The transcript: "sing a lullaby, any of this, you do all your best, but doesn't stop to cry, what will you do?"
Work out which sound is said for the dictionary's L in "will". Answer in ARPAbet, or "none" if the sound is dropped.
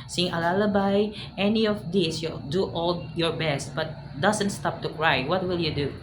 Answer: L